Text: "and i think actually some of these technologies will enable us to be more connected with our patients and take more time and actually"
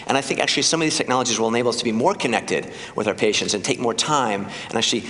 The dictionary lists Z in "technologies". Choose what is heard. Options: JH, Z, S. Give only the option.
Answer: Z